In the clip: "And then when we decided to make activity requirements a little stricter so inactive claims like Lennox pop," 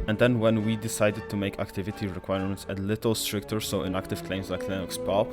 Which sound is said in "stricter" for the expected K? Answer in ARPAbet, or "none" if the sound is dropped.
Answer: K